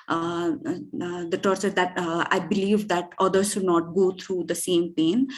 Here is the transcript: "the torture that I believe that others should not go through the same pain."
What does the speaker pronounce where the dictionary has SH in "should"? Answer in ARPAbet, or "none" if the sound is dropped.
SH